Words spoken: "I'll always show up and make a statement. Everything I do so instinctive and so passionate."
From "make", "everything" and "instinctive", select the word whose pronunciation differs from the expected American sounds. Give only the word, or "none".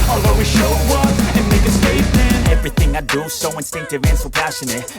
none